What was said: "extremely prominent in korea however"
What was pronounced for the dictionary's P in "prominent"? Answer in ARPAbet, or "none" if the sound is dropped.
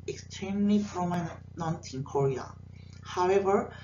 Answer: F